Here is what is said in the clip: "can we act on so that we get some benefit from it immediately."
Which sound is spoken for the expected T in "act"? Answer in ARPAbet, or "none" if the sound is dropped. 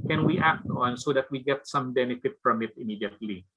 T